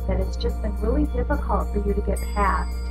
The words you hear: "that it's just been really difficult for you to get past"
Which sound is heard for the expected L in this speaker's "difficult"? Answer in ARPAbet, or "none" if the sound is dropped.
L